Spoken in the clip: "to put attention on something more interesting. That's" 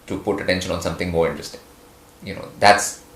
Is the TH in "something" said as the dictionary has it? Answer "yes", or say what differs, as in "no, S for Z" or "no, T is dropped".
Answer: no, T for TH